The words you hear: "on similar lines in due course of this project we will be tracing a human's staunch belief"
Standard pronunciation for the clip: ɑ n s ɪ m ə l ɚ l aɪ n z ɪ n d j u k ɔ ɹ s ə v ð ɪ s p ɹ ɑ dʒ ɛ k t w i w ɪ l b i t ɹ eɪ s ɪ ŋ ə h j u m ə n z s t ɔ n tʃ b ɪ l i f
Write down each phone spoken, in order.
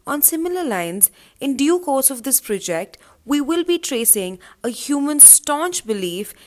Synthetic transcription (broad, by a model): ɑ n s ɪ m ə l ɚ l aɪ n z ɪ n d j u k ɔ ɹ s ə v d ɪ s p ɹ ɑ dʒ ɛ k t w i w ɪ l b i t ɹ eɪ s ɪ ŋ ə h j u m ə n s t ɔ n tʃ b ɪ l i f